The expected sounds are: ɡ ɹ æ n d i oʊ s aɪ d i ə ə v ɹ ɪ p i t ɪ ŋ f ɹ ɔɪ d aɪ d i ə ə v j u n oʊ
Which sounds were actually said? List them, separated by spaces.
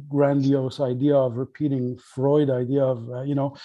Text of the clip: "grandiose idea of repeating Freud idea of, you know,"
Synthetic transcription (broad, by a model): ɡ ɹ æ n d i oʊ s aɪ d i ə ə v ɹ ɪ p i t ɪ ŋ f ɹ ɔɪ d aɪ d i ə ə v j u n oʊ